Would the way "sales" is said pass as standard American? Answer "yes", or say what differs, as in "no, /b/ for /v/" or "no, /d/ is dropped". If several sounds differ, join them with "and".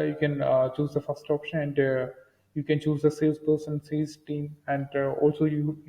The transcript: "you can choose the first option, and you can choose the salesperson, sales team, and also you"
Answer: no, /l/ is dropped